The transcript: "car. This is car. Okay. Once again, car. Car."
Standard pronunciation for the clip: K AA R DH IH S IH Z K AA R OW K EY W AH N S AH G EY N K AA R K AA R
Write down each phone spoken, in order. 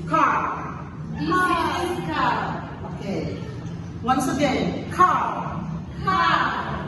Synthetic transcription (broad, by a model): K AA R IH IH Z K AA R OW K EY W AH N S AH G EY N K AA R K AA